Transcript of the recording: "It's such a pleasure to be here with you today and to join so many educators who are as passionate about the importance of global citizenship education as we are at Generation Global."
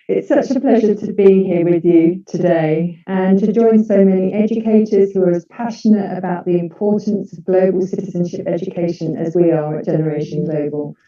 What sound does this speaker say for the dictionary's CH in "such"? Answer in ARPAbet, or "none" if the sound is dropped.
CH